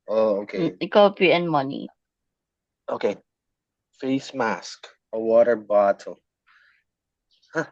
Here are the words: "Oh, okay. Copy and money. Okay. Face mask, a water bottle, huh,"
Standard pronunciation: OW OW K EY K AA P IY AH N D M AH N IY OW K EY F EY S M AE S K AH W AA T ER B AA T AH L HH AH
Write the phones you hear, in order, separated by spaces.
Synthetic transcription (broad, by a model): OW OW K EY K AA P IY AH N M AH N IY OW K EY F EY S M AE S K AH W AA T ER B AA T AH L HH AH